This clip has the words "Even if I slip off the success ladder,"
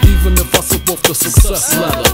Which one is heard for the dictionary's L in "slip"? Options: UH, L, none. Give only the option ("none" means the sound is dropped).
none